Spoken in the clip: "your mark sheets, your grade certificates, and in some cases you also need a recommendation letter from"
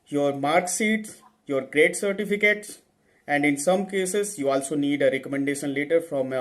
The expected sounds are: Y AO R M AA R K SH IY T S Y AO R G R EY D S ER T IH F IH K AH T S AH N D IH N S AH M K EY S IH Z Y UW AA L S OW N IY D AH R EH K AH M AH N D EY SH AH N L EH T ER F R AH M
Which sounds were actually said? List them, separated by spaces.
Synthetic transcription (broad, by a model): Y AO R M AA R K S IY T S Y AO R G R EY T S ER T IH F IH K AH T S AH N D IH N S AH M K EY S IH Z Y UW AA L S OW N IY D AH R EH K AH M AH N D EY SH AH N L EH T ER F R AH M